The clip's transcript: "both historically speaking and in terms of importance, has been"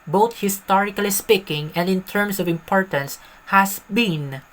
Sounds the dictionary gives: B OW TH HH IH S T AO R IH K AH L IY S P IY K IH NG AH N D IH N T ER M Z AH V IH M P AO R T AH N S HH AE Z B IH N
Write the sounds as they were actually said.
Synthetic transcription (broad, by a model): B OW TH HH IH S T AO R IH K AH L IY S P IY K IH NG AH N D IH N T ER M S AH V IH M P AO R T AH N S HH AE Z B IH N